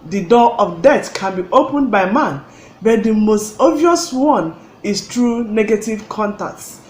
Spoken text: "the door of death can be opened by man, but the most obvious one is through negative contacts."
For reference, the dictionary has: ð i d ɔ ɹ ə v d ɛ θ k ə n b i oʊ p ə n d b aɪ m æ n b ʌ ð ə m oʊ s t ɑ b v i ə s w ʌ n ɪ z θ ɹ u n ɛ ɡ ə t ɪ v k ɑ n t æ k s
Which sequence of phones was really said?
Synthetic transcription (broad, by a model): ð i d ɔ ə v d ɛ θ k ə n b i oʊ p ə n b aɪ m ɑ n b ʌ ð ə m oʊ s t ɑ v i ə s w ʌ n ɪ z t ɹ u n ɛ ɡ ə t ɪ v k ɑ n t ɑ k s